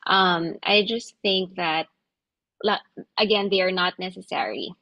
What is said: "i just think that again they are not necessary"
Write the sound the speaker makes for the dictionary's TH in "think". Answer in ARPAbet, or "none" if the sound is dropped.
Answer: TH